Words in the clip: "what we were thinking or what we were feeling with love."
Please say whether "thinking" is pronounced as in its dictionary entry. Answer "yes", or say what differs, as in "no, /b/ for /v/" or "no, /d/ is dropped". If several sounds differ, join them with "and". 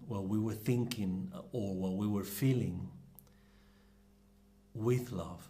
yes